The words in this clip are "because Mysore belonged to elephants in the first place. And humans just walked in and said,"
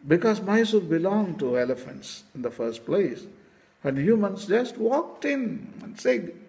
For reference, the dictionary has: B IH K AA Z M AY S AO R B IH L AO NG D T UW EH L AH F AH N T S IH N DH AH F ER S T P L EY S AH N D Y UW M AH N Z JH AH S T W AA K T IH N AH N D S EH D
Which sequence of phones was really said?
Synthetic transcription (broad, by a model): B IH K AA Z M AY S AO L B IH L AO NG T UW EH L AH F AH N T S IH N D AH F ER S T P L EY S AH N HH Y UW M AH N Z JH AH S T W AA K T IH N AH N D S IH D